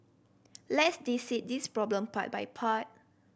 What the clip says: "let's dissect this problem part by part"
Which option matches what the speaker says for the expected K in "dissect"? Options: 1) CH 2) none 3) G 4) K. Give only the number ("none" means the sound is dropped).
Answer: 2